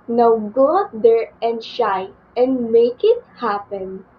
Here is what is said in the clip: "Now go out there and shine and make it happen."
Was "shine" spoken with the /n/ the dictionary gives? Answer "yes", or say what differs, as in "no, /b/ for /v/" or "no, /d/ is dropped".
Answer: no, /n/ is dropped